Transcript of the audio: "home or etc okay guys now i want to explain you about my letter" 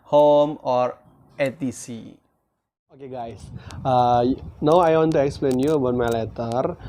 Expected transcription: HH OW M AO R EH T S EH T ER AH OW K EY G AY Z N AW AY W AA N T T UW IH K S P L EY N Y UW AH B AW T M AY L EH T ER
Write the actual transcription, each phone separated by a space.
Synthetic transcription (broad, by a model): HH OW M AO R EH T IY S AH OW K EY G AY S N AW AY W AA N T T UW IH K S P L EY N Y UW AH B AW T M AY L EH T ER